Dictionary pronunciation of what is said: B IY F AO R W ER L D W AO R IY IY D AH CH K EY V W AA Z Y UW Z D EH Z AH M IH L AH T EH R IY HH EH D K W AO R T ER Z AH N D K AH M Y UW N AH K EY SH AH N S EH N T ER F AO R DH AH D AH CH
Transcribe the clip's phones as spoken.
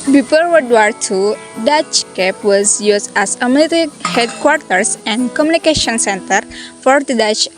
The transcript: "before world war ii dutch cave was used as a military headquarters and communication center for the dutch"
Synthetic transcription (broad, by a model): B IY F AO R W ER D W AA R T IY D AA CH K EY P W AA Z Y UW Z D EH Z AH M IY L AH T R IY HH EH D K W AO R T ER S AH N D K AH M Y UW N AH K EY SH AH N S EH N T ER F AO R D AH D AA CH